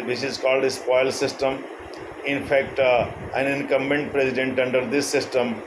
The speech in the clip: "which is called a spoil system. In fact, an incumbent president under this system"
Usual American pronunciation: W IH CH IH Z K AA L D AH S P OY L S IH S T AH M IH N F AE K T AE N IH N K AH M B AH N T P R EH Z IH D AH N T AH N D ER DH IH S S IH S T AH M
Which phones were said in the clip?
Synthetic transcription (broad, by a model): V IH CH IH Z K AA L D AH S P OY L S IH S T AH M IH N F AE K T AE N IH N K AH M AH N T P R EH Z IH D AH N T AH N D ER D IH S S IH S T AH M